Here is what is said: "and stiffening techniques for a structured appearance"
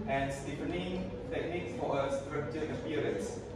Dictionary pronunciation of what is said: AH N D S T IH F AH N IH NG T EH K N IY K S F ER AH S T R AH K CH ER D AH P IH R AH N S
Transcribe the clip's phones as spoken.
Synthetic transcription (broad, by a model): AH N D S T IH P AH N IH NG T EH K N IY K S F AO AH S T R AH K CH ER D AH P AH R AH N S